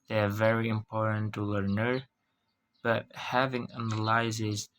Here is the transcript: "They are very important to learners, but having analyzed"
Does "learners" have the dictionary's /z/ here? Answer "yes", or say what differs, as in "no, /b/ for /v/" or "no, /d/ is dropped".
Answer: no, /z/ is dropped